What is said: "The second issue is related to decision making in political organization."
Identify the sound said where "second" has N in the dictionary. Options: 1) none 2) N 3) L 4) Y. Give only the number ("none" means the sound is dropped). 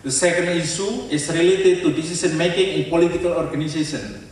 2